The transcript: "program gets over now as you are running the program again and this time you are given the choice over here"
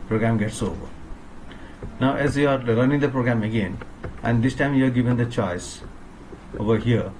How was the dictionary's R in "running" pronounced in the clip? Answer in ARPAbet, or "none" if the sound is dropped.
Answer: L